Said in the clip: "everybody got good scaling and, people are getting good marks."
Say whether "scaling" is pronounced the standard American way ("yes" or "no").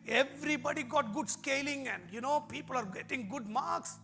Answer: yes